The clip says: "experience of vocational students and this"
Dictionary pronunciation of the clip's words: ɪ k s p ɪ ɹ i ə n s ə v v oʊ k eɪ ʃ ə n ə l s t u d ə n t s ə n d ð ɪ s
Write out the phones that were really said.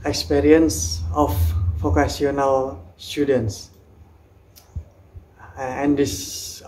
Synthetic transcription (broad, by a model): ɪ k s p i ɹ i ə n s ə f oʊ k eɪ s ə n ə l s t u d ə n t s ə n d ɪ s